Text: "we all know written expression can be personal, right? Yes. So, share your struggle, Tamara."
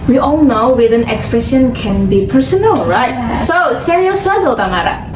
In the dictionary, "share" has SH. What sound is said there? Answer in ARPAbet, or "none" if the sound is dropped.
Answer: S